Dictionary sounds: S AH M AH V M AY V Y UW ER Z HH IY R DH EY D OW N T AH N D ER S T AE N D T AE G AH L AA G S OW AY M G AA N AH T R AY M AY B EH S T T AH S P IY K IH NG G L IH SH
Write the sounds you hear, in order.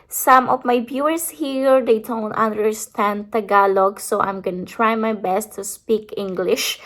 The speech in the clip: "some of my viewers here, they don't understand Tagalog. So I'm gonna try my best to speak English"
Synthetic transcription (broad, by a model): S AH M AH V M AY B Y UW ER S HH IY R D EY D OW N T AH N D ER S T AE N D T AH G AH L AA G S OW AY M G AA N AH T R AY M AY B EH S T T AH S P IY K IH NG G L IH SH